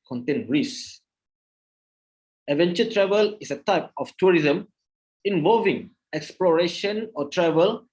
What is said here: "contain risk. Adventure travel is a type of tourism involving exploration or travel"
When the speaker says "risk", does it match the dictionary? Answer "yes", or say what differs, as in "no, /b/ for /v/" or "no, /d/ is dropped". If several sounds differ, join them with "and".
no, /k/ is dropped